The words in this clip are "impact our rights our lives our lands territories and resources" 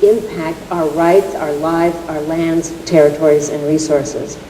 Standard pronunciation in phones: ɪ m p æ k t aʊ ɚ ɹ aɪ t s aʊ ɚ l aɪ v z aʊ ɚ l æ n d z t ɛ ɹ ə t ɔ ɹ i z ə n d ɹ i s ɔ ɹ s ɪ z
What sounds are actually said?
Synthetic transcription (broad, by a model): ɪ m p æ k t aʊ ɚ ɹ aɪ t s aʊ ɚ l aɪ v z aʊ ɚ l æ n d z t ɛ ɹ ə t ɔ ɹ i z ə n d ɹ i s ɔ ɹ s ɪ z